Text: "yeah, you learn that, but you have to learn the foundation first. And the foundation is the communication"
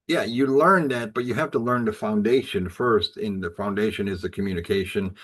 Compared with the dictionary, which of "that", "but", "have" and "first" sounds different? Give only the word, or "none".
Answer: have